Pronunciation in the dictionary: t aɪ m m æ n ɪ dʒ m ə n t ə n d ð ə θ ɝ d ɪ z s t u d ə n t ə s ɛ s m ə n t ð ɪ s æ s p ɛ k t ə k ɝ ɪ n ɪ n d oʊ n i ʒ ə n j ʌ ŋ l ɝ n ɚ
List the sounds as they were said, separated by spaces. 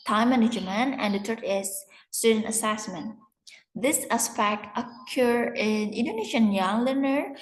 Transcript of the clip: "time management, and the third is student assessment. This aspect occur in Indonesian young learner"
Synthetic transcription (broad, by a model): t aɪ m m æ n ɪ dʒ m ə n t ə n d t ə t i ɪ s t u d ə n t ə s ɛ s m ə n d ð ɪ s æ s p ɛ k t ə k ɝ ɪ n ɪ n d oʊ n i ʃ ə n j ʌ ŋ l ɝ n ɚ